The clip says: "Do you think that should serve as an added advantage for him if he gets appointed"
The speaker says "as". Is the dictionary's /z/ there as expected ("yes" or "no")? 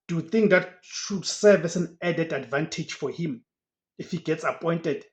no